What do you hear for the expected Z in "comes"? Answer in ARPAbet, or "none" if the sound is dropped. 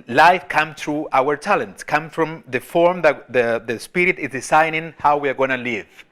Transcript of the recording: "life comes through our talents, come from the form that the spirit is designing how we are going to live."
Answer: none